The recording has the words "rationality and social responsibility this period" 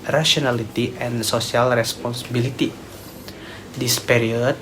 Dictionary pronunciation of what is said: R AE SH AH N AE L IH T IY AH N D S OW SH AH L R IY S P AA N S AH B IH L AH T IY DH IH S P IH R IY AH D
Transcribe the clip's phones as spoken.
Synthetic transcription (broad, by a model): R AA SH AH N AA L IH T IY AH N S OW S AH L R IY S P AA N S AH B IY L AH T IY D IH S P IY R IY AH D